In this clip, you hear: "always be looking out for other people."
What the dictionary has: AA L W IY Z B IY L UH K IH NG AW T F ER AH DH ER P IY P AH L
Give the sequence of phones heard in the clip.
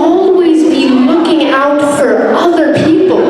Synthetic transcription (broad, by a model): AA L W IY Z B IY L UH K IH NG AW T F ER AH DH ER P IY P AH L